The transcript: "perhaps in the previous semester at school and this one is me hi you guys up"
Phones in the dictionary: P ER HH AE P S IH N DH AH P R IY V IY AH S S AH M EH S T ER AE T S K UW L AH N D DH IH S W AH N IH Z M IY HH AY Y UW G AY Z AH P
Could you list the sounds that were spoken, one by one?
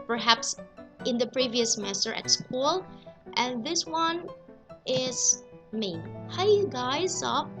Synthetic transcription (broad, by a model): P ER HH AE P S IH N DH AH P R IY V IY AH S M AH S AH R T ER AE T S K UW L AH N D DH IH S W AH N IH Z M IY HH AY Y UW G AY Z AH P